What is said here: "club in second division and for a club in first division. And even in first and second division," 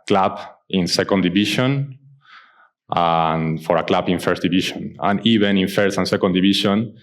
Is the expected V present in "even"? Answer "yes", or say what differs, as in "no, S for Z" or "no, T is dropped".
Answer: no, B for V